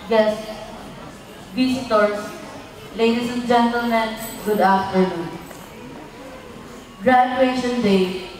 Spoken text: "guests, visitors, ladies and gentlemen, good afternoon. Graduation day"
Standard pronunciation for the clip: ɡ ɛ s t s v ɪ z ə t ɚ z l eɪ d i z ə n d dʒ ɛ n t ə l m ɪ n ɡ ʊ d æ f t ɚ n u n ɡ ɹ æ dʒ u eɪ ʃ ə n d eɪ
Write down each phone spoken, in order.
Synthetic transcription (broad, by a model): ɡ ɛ s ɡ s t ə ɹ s l eɪ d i s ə n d dʒ ɛ n t ə l m ɪ n ɡ ʊ d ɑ f t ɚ n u n ɡ ɹ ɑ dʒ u eɪ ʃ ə n d eɪ